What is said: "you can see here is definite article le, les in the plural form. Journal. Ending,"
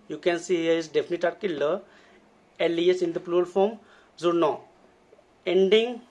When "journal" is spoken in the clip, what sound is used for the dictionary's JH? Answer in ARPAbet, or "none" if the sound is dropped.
Z